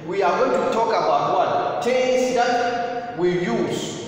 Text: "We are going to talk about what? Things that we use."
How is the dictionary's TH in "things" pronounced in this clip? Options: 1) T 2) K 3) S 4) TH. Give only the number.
1